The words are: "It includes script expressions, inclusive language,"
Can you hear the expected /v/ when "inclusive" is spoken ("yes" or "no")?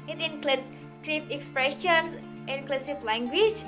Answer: no